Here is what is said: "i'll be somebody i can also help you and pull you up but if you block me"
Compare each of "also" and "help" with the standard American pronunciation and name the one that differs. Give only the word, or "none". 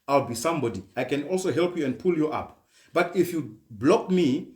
none